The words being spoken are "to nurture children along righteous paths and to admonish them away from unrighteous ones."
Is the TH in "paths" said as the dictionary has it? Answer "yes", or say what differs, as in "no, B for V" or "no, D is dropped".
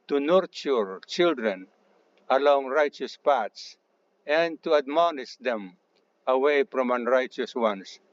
no, T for TH